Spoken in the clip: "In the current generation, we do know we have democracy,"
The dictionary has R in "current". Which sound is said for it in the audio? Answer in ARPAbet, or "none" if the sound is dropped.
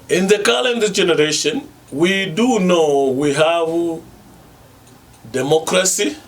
L